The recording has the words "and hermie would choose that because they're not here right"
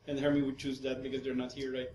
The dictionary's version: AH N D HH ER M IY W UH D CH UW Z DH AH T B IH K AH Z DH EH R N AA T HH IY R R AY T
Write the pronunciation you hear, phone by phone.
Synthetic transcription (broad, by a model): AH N HH ER M IY W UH D CH UW Z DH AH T B IH K AH Z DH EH R N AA T HH IY R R AY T